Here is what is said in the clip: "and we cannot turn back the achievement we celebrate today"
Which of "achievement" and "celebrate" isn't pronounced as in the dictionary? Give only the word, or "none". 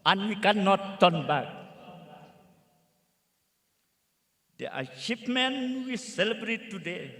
achievement